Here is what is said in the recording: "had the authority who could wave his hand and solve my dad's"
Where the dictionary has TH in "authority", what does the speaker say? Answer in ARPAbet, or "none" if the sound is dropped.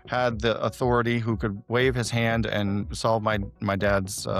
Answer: TH